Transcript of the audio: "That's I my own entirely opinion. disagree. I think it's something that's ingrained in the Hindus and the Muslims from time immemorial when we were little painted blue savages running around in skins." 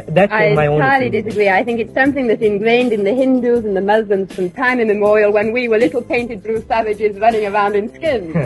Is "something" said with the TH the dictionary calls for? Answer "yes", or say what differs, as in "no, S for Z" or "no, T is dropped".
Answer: yes